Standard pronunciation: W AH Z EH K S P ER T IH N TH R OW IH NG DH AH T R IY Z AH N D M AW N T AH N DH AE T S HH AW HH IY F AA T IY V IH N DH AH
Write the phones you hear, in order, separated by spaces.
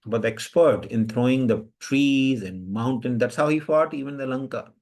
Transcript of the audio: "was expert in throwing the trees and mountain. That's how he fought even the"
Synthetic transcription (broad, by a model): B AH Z EH K S P ER T IH N T R OW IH NG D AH T R IY Z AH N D M AW N T AH N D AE T S HH AW HH IY F AA T IY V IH N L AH